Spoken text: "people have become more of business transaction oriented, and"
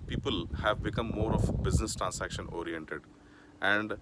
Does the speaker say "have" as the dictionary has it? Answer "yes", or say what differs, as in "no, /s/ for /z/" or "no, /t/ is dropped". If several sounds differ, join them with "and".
yes